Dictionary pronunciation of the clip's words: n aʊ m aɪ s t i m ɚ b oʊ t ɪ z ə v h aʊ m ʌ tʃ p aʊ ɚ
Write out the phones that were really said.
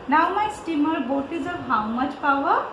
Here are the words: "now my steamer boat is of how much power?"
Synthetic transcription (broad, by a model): n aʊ m aɪ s t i m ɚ b oʊ t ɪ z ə b h aʊ m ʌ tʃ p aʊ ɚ